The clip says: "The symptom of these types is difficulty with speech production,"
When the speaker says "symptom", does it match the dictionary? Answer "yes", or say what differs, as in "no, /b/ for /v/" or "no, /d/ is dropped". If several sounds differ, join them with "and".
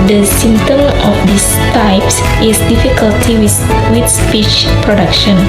no, /p/ is dropped